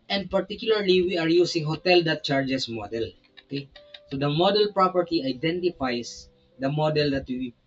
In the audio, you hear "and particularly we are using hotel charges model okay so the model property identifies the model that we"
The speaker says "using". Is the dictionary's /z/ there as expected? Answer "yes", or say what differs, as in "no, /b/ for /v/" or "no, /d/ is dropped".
no, /s/ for /z/